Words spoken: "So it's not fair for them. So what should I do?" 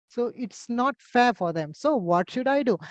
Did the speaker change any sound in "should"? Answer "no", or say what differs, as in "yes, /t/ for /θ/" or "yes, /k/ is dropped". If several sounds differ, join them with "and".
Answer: no